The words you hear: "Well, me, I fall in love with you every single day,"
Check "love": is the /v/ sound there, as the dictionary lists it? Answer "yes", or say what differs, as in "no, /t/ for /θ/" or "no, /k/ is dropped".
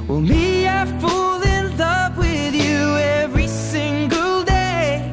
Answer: no, /p/ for /v/